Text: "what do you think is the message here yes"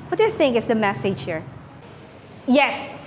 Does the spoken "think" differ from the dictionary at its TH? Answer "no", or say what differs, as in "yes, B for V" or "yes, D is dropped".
no